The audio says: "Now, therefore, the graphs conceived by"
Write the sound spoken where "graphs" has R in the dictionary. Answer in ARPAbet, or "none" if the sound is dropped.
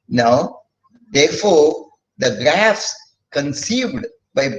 R